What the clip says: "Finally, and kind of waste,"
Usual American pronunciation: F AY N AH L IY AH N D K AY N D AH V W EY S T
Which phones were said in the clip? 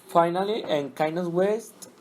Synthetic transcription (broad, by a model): F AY N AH L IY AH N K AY N AH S W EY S T